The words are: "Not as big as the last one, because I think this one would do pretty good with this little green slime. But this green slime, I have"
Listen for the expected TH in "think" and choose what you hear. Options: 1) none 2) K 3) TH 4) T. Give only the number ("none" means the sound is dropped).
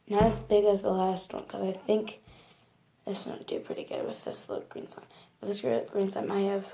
3